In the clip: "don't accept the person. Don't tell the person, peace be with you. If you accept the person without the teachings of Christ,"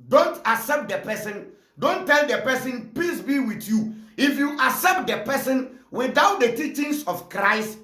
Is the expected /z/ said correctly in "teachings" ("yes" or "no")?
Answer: no